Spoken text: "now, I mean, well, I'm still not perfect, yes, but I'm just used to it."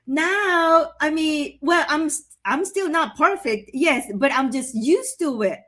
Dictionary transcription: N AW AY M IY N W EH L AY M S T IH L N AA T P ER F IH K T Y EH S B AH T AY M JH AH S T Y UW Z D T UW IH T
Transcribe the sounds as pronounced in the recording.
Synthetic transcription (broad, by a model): N AW AY M IY N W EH L AY M S T IH L N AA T P ER F IH K T Y EH S B AH T AY M JH AH S T Y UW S T UW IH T